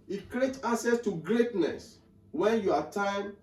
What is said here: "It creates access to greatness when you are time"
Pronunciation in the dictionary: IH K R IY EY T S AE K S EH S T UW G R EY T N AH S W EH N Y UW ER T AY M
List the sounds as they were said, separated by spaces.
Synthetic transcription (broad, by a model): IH K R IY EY T AA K S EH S T UW G R EY T N AH S W EH N Y UW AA T AY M